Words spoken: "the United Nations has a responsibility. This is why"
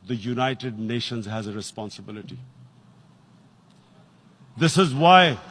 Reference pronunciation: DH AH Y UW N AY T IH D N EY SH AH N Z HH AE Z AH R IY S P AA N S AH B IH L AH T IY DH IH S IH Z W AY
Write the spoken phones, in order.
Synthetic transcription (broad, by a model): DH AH Y UW N AY T IH D N EY SH AH N Z HH AE Z AH R IY S P AA N S AH B IH L AH T IY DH IH S IH Z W AY